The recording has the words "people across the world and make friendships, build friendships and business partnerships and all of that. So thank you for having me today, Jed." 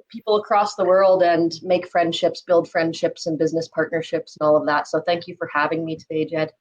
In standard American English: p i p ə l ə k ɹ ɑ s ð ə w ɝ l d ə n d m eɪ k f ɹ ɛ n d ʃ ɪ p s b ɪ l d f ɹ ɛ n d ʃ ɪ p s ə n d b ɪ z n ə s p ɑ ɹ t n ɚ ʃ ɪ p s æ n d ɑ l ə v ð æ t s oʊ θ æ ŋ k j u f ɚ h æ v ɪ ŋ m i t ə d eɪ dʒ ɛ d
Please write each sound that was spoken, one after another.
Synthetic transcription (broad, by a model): p i p l ə k ɹ ɑ s ð ə w ɝ l d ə n m eɪ k f ɹ ɛ n d ʃ ɪ p s b ɪ l d f ɹ ɛ n d ʃ ɪ p s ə n b ɪ z n ə s p ɑ ɹ t n ɚ ʃ ɪ p s n ɑ l ə v ð æ t s oʊ θ æ ŋ k j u f ɚ h æ v ɪ ŋ m i t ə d eɪ dʒ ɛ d